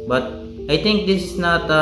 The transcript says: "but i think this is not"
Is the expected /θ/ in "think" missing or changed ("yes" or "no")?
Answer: yes